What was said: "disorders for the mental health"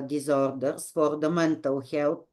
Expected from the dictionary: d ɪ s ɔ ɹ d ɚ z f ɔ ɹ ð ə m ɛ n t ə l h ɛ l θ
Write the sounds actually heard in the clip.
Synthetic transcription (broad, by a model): d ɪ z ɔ ɹ d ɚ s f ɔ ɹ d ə m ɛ n t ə w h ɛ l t